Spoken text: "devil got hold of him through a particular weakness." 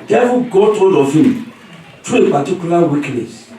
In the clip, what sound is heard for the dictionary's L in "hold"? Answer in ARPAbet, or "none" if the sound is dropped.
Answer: N